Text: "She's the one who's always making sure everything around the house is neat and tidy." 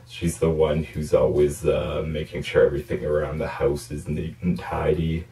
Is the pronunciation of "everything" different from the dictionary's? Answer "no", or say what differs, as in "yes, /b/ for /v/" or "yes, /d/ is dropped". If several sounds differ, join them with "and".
no